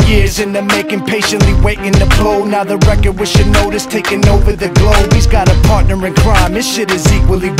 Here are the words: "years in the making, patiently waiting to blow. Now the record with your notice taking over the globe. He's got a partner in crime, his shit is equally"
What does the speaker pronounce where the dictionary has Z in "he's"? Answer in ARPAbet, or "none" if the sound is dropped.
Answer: Z